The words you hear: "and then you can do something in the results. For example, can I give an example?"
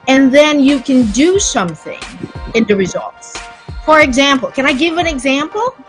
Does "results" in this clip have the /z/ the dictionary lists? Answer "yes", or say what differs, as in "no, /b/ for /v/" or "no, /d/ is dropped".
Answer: yes